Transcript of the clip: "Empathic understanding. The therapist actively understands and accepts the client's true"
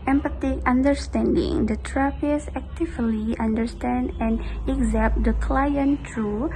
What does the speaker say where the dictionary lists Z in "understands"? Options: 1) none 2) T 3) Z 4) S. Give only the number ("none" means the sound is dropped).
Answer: 1